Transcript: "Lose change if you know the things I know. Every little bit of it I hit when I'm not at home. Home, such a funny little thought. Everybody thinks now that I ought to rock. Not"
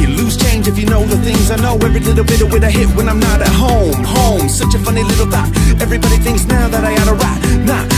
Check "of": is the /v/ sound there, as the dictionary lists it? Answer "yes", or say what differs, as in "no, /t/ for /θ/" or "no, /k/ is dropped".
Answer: no, /w/ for /v/